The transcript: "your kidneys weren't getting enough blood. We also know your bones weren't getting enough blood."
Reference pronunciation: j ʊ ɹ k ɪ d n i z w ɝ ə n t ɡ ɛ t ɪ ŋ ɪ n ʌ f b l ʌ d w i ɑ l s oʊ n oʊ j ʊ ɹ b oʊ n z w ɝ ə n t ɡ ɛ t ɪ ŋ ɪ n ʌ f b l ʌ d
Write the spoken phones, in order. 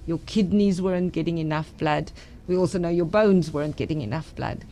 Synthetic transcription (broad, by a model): j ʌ ɹ k ɪ d n i z w ɝ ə n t ɡ ɛ t ɪ ŋ ɪ n ʌ f b l ʌ d w i ɑ l s oʊ n oʊ j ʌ ɹ b oʊ n z w ɝ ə n ɡ ɛ t ɪ ŋ ɪ n ʌ f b l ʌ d